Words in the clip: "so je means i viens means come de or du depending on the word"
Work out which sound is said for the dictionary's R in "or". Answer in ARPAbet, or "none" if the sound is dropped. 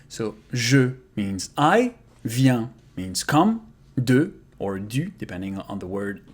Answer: R